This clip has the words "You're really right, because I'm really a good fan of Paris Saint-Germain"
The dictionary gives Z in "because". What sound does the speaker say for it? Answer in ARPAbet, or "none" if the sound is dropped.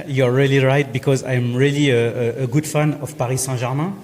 Z